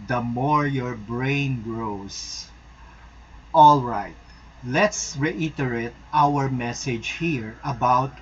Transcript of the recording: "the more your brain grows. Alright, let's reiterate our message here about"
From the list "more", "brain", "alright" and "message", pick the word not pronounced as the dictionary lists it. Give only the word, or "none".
none